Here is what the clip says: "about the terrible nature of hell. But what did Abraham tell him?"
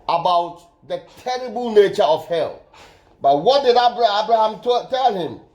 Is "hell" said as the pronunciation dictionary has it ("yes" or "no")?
yes